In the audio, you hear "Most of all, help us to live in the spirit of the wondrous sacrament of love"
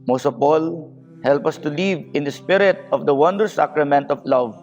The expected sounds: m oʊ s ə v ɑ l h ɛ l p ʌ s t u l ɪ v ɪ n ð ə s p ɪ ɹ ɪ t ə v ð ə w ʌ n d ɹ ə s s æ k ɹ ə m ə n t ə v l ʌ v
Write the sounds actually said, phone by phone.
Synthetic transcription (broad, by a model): m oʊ s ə p ɑ l h ɛ l p ʌ s t u l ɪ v ɪ n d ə s p ɪ ɹ ɪ t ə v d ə w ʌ n d ə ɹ s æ k ɹ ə m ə n t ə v l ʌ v